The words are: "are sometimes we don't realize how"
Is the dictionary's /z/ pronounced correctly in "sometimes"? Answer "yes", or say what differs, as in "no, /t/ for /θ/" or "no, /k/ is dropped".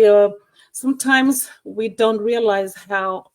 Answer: yes